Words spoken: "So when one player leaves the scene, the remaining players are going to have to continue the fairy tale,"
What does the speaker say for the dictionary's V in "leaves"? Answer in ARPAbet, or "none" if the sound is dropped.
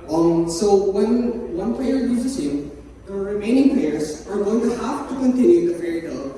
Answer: none